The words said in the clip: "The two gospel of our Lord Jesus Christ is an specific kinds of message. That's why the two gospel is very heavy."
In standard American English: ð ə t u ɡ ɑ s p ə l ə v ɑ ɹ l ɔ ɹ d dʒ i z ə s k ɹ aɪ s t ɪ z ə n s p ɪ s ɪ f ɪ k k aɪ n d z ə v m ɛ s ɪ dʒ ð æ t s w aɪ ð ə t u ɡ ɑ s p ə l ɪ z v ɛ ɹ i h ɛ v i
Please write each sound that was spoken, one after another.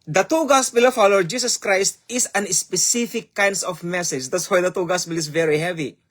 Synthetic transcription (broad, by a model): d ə t u ɡ ɑ s p ə l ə f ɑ w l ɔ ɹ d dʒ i s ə s k ɹ aɪ s t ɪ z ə n s p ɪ s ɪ f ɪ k k aɪ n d s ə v m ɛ s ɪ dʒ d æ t s w aɪ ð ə t u ɡ ɑ s p ə l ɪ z v ɛ ɹ i h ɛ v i